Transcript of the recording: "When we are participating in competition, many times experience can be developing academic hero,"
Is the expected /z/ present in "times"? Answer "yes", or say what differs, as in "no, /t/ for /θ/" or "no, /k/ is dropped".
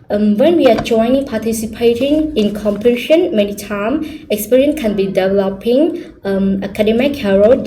no, /z/ is dropped